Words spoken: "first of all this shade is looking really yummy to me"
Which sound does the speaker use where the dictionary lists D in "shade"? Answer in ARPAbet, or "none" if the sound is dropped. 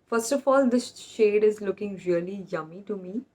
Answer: D